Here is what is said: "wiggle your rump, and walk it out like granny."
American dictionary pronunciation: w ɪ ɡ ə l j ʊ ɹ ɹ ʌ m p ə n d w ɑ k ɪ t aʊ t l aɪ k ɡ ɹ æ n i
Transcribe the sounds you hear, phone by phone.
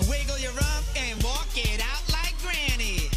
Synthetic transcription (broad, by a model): w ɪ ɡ l j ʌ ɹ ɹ ʌ p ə n w ɑ k ɪ t aʊ t l aɪ k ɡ ɹ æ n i